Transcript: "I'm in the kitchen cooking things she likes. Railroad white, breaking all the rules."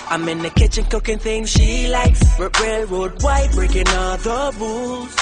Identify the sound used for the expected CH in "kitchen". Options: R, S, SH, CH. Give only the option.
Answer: CH